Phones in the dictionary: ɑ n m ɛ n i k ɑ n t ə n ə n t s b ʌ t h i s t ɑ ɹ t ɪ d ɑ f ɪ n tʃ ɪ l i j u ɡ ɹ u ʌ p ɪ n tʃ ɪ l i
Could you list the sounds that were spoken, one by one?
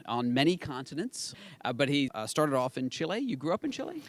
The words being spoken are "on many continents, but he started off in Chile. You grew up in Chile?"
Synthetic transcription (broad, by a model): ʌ n m ɛ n i k ɑ n t ə n ə n t s b ʌ t h i s t ɑ ɹ t ɪ d ɑ f ɪ n tʃ ɪ l i j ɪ ɡ ɹ u ʌ p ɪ n tʃ ɪ l i